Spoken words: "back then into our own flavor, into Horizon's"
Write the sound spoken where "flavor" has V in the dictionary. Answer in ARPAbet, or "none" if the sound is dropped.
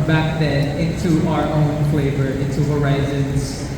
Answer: V